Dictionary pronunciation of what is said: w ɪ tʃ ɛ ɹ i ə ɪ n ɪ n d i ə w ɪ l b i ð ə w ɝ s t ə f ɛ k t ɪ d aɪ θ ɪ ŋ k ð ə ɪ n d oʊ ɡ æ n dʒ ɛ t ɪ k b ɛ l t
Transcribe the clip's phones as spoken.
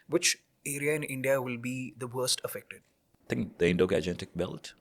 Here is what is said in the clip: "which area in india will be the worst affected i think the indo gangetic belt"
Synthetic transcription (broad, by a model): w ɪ tʃ ɛ ɹ i ə ɪ n ɪ n d i ə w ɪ l b i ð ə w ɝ s t ə f ɛ k t ɪ d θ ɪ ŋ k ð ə ɪ n d oʊ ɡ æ dʒ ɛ t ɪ k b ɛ l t